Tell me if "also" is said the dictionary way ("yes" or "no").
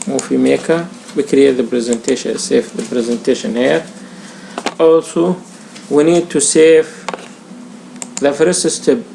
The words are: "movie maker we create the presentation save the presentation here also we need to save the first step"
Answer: yes